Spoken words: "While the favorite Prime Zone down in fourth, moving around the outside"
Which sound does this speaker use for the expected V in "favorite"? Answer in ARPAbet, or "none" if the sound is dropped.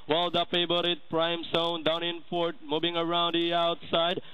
B